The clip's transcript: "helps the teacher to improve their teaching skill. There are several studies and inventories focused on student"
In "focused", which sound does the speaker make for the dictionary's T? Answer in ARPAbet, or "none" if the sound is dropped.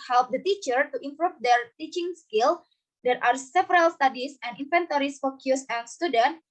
none